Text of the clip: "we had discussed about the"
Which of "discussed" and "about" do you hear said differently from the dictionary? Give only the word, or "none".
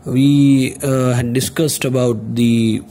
none